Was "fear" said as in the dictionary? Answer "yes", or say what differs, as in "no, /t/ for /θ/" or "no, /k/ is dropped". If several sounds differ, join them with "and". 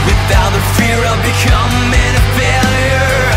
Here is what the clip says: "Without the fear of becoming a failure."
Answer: yes